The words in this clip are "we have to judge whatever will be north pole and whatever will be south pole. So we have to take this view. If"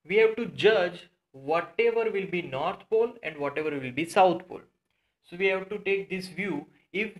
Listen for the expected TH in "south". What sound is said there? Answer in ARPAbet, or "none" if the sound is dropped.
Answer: T